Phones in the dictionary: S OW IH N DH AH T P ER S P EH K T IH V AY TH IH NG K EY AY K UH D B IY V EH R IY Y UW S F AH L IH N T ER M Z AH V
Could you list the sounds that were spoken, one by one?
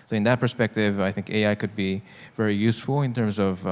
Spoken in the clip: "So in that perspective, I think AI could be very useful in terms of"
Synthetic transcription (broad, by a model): S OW IH N DH AH T P ER S P EH K T IH V AY TH IH NG K EY AY K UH D B IY V EH R IY Y UW S F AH L IH N T ER M Z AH V